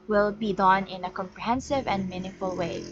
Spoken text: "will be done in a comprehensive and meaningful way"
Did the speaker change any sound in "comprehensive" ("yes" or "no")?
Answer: no